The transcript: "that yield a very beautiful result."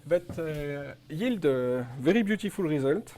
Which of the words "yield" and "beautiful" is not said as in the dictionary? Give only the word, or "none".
none